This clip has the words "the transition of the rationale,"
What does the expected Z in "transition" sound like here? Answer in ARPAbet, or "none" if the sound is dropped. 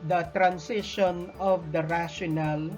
S